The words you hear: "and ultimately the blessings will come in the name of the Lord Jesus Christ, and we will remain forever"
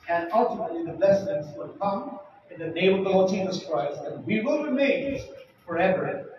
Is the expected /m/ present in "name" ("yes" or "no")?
no